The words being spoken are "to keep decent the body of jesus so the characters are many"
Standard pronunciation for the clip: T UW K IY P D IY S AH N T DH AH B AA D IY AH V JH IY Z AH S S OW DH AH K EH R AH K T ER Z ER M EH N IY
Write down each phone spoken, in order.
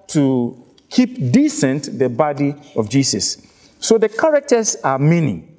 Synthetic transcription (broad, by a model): T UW K IY P D IY S AH N T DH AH B AA D IY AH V JH IY S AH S S OW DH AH K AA R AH K T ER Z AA M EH N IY